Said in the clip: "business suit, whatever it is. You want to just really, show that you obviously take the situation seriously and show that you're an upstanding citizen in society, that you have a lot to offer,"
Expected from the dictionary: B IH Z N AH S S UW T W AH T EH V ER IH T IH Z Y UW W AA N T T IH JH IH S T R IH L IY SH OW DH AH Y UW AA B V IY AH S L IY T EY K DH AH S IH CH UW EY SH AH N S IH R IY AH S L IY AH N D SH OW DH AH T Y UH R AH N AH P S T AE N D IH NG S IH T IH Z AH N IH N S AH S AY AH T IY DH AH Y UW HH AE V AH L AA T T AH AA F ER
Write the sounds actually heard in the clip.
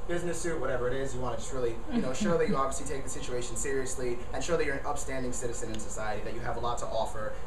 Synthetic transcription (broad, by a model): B IH Z N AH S S UW T W AH T EH V ER IH T IH Z Y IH W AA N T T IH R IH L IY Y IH N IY SH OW DH AH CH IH AA B V IY AH S L IY T EY K DH AH S IH CH UW EY SH AH N S IH R IY AH S L IY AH N SH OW DH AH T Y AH R AH N AH P S T AE N D IH NG S IH T IH Z AH N IH N S AH S AY AH T IY DH AH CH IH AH V AH L AA T T AA F ER